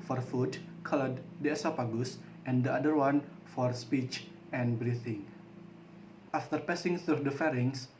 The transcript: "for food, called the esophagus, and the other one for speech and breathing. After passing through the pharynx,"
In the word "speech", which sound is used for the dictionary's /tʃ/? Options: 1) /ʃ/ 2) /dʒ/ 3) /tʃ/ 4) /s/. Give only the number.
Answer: 3